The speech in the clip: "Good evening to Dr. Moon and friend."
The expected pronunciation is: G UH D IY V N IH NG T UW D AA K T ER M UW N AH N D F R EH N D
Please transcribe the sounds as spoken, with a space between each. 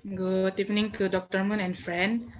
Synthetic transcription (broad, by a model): G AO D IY P N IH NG T UW D AA K T ER M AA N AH N F R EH N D